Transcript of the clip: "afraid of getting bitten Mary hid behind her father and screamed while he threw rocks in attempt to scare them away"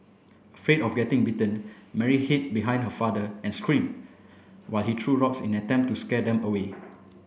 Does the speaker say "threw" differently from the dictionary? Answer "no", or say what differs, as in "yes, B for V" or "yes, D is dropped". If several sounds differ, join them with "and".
yes, T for TH